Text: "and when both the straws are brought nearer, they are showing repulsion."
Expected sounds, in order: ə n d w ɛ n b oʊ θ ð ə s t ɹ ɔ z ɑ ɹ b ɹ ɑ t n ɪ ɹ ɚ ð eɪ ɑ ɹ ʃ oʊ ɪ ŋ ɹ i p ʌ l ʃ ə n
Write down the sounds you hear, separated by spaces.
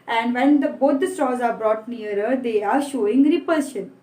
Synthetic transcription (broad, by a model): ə n d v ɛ n b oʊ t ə s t ɔ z ɑ ɹ b ɹ ɑ t n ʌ ɹ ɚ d eɪ ɑ ɹ ʃ oʊ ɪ ŋ ɹ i p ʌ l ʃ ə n